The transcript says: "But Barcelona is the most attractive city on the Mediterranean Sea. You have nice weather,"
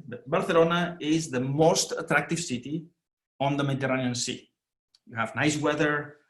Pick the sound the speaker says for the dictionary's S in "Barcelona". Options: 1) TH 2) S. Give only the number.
1